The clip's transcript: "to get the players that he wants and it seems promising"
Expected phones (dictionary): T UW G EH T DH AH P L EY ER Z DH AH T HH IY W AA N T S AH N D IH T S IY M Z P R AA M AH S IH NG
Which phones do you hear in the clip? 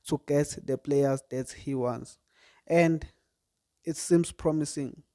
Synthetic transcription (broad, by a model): T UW G EH T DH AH P L EY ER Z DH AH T HH IY W AA N T S AH N D IH T S IY M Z P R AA M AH S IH NG